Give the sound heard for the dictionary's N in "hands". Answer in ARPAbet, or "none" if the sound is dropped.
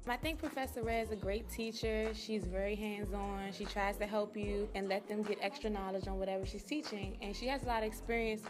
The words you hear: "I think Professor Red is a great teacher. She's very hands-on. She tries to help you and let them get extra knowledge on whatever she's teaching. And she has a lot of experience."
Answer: N